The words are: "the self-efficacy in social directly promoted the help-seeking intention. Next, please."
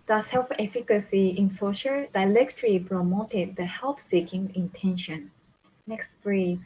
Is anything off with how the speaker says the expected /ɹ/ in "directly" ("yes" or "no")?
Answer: yes